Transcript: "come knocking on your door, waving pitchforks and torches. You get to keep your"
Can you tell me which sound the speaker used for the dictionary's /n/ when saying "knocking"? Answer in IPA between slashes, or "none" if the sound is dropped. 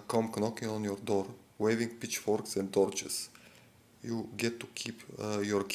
/n/